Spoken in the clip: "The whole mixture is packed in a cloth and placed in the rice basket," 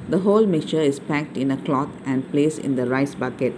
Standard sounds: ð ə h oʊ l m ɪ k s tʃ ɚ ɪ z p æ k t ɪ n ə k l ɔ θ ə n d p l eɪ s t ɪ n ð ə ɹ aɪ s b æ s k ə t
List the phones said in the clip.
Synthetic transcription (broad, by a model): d ə h oʊ l m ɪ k tʃ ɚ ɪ s p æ k t ɪ n ə k l ɔ t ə n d p l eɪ s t ɪ n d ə ɹ aɪ s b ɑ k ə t